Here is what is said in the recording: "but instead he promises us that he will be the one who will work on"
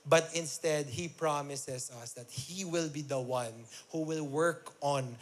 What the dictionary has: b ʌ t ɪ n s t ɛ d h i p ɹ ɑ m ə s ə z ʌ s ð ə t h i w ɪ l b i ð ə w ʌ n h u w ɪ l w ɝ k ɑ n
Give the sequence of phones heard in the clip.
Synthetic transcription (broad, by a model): b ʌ t ɪ n s t ɛ d h i p ɹ ɑ m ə s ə s ʌ s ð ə t h i w ɪ l b i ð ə w ʌ n h u w ɪ l w ɝ k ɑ n